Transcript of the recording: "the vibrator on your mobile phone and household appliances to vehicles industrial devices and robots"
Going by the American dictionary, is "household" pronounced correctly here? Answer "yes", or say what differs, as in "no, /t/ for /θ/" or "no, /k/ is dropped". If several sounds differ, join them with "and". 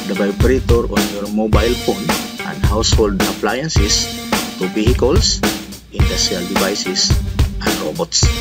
yes